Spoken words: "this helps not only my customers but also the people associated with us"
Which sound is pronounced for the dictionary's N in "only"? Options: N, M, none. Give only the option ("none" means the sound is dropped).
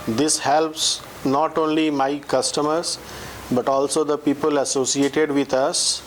N